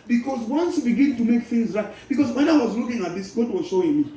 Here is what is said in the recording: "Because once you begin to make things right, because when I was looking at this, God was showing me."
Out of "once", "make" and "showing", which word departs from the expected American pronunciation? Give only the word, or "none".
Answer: none